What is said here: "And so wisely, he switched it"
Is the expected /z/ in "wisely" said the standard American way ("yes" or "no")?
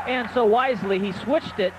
yes